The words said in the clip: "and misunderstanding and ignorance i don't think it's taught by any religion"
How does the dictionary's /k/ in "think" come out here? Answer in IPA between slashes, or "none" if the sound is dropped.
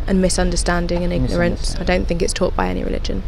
/k/